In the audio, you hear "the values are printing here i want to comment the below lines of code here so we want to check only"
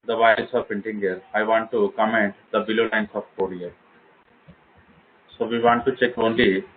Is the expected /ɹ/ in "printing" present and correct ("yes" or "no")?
no